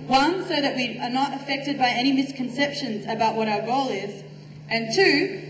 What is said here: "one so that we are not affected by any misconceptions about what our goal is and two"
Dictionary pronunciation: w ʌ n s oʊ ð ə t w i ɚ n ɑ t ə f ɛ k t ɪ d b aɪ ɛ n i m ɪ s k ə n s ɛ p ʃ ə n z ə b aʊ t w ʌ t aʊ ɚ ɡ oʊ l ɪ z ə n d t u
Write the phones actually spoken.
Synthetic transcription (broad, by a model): w ʌ n s oʊ ð ə t w i ɚ n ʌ t ə f ɛ k t ɪ d b aɪ ɛ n i m ɪ s k ə n s ɛ p ʃ ə n z ə b aʊ t w ʌ t aʊ ɚ ɡ oʊ l ɪ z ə n t u